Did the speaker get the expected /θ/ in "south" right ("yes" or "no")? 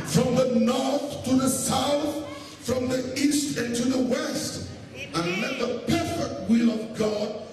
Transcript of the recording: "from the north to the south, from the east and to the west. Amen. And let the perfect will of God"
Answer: yes